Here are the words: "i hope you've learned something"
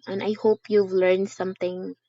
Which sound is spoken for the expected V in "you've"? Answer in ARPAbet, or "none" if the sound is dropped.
V